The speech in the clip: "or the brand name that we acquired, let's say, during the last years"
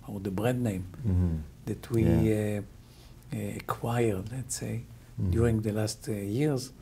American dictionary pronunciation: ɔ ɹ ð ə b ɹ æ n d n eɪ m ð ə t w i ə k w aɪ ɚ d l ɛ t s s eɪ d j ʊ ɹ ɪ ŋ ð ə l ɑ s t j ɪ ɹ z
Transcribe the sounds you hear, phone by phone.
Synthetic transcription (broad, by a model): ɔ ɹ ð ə b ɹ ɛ d n eɪ m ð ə t w i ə k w aɪ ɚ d l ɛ t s s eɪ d j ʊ ɹ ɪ ŋ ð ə l ɑ s t j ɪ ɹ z